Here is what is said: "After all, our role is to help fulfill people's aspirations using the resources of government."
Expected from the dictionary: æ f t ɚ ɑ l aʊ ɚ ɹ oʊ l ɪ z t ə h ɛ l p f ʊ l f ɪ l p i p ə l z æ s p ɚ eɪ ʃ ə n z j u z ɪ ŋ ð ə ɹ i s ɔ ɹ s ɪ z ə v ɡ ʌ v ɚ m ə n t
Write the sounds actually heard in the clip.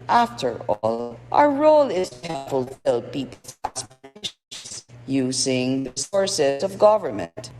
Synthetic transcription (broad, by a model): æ f t ɚ ɑ l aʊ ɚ ɹ oʊ l ɪ z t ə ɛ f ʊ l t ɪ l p i p l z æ s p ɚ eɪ ə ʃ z j u z ɪ ŋ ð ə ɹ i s ɔ ɹ s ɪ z ə v ɡ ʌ v ɚ m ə n t